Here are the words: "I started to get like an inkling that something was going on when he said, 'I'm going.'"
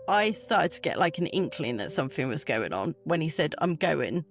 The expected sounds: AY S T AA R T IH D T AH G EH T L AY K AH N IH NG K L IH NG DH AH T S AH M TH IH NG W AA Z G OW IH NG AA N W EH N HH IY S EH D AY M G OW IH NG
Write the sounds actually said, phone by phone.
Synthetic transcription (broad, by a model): AY S T AA T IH D T AH G EH T L AY K AH N IH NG K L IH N DH AH T S AH M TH IH NG W AA Z G OW IH NG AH N W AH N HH IY S EH D AY M G OW IH NG